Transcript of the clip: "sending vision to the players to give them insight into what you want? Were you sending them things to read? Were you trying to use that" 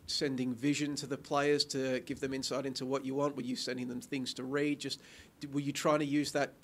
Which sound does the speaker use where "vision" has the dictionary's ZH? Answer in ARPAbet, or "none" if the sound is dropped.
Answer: ZH